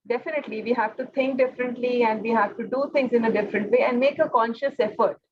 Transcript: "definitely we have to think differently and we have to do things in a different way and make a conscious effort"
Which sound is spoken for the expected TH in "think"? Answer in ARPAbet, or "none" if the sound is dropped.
T